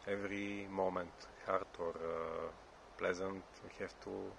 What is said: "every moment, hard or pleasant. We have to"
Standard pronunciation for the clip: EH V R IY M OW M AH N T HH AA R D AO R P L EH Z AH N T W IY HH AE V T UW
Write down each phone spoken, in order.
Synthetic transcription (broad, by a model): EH V R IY M OW M AH N T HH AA R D AO R P L EH Z AH N T W IY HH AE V T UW